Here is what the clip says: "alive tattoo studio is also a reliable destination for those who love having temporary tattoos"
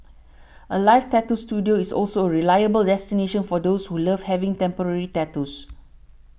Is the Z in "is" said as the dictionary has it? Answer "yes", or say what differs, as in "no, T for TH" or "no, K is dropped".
no, S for Z